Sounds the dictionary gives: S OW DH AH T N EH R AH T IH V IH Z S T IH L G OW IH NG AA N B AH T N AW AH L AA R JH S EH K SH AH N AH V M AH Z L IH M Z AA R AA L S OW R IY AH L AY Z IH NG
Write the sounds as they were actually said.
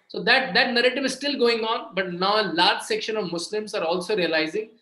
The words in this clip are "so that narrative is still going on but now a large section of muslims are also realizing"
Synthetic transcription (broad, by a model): S OW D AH T N EH R AH T IH V IH Z S T IH L G OW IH NG AA N B AH T N AW AH L AA R JH S EH K SH AH N AH V M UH S L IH M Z AA R AA L S OW R IY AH L AY Z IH NG